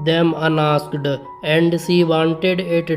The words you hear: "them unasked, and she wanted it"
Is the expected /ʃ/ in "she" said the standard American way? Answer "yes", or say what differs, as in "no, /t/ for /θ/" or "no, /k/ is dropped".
no, /s/ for /ʃ/